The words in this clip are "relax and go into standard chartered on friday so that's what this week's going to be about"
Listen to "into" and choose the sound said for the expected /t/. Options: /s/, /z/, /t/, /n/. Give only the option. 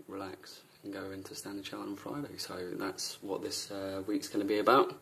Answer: /t/